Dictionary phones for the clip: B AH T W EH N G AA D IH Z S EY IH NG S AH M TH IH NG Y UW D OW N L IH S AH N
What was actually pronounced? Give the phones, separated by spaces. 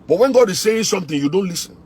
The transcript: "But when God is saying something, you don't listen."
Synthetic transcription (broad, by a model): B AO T W EH N G AA D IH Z S EY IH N S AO M T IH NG Y UW D OW N L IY S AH N